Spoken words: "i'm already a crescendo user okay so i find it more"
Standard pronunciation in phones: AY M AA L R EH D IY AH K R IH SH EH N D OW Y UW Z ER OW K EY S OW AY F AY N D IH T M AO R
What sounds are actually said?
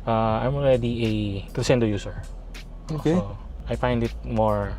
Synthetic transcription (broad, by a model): AY M AA L R EH D IY AH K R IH S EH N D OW Y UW S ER OW K EY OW AY F AY N D IH T M AO R